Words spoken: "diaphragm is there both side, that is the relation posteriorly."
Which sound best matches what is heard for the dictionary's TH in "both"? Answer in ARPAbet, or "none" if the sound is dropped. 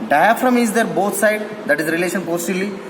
T